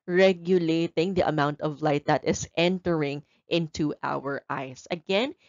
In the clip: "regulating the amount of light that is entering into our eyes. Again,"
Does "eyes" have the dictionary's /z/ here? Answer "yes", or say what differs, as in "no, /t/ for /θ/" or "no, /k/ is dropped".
no, /s/ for /z/